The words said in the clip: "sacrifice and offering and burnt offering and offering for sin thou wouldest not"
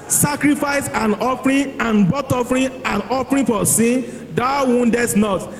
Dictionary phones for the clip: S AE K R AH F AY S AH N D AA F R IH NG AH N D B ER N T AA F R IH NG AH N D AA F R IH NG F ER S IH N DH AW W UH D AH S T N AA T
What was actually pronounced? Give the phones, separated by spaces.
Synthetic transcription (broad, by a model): S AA K R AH F AY S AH N AA F R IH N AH N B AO T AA F R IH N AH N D AA F R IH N F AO S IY N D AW W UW D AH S N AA T